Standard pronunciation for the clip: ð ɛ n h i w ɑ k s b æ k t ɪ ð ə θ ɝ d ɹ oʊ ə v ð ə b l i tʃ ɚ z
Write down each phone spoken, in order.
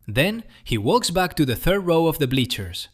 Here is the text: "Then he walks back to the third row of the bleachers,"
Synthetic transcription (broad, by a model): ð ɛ n h i w ɑ k s b æ k t ɪ ð ə θ ɝ d ɹ oʊ ə v ð ə b l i tʃ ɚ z